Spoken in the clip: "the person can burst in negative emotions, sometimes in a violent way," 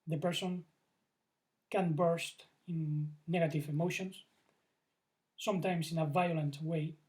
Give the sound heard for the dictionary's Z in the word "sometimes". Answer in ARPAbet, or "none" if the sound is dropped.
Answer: S